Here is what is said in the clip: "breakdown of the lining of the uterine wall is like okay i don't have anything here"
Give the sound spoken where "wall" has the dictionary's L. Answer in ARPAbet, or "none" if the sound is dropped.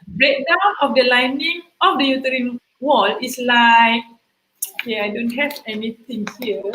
L